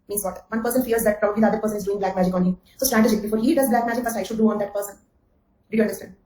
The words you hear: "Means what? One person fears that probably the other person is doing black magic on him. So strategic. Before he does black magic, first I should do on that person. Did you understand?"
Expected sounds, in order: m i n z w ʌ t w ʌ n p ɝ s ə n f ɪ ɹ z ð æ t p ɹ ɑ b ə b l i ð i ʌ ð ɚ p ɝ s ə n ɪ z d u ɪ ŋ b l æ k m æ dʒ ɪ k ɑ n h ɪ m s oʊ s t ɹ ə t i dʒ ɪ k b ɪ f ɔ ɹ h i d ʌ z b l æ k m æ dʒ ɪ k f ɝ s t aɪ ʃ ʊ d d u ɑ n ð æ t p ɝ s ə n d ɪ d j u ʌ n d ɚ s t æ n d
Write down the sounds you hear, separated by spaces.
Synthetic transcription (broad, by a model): m i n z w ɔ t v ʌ n p ɝ s ə n f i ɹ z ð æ t p ɹ ɑ b ə b l i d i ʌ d ɚ p ɝ s ə n ɪ z d u ɪ ŋ b l æ k m æ dʒ ɪ k ɑ n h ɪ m s oʊ s t ɹ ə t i dʒ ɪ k b ɪ f ɔ ɹ h i d ʌ z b l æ k m æ dʒ ɪ k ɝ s aɪ ʃ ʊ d d u ɑ n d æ t p ɝ s ə n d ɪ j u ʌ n d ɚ s t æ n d